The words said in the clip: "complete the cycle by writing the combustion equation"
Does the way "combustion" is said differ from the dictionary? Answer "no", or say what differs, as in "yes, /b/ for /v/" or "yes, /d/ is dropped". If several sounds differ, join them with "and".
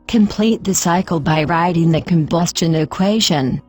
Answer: no